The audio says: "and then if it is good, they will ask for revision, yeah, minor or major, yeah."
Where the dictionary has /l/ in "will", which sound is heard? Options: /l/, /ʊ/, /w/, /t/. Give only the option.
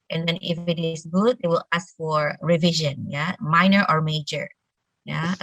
/l/